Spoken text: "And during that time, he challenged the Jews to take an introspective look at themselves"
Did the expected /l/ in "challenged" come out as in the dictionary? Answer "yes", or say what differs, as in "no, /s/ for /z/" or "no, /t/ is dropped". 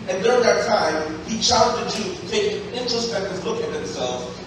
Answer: no, /l/ is dropped